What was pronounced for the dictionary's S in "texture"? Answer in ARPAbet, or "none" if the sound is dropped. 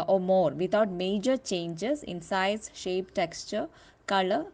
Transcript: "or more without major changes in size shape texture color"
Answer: S